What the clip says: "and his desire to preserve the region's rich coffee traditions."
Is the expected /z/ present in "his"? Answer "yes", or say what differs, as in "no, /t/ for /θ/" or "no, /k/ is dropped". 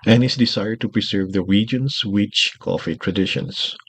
no, /s/ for /z/